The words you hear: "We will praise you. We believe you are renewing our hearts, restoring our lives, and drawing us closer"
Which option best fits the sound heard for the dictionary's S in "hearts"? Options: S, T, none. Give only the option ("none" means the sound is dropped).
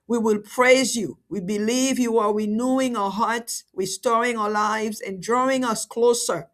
S